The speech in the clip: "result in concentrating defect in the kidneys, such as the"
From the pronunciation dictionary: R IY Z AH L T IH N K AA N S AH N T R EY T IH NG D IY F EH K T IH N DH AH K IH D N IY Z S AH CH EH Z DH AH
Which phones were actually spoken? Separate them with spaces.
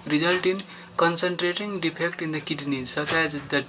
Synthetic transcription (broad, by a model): R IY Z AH L T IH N K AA N S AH N T R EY T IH NG D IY P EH K T IH N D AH K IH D N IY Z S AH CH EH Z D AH